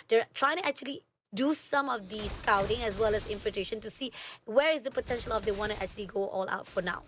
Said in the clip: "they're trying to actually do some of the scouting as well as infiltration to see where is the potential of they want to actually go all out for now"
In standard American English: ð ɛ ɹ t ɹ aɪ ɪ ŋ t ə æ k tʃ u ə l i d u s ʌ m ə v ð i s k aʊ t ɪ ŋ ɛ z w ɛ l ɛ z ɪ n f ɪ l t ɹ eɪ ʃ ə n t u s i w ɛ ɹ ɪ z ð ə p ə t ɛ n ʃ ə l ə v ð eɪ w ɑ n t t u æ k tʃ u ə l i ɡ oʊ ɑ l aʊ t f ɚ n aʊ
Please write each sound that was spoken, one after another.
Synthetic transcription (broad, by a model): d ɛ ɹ t ɹ aɪ ɪ ŋ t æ k tʃ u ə l i d u s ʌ m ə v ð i s k aʊ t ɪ ŋ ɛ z w ɛ l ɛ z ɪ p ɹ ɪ t eɪ ʃ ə n t u s i w ɛ ɹ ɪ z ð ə p ə t ɛ n ʃ ə l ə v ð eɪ w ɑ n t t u æ k tʃ u ə l i ɡ oʊ ɑ l aʊ t f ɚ n aʊ